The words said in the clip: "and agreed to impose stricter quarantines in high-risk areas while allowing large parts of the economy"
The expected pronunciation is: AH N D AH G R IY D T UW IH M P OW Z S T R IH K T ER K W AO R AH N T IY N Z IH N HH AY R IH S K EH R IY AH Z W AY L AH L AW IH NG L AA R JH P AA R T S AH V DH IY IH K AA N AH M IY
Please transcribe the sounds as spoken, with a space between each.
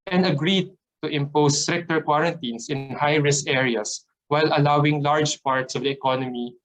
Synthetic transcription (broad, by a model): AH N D AH G R IY D T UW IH M P OW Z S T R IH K T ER K W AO R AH N T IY N S IH N HH AY R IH S EH R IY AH S W AY L AH L AW IH NG L AA R JH P AA R T S AH V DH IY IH K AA N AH M IY